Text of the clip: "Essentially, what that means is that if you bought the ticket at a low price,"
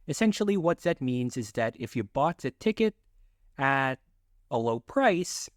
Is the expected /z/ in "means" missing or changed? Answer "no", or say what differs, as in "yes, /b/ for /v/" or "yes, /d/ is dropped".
no